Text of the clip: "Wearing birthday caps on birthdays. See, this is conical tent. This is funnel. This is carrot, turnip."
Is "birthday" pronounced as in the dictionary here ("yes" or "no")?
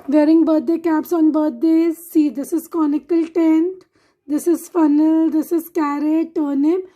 no